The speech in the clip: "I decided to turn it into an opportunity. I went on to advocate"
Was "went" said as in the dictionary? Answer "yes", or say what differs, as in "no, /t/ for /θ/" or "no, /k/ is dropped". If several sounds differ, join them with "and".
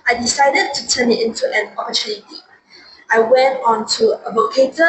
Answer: yes